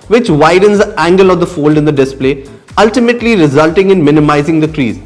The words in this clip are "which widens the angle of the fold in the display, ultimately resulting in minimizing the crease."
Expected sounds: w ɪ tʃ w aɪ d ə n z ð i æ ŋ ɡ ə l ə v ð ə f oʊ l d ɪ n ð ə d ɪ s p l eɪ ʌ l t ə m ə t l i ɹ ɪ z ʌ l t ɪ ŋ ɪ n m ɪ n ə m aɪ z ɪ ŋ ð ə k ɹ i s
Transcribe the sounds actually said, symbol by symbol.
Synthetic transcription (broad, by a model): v ɪ tʃ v aɪ d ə n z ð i æ ŋ ɡ ə l ə v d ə f oʊ l d ɪ n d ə d ɪ s p l eɪ ʌ l t ə m ə t l i ɹ ɪ z ʌ l t ɪ ŋ ɪ n m ɪ n ə m aɪ z ɪ ŋ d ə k ɹ i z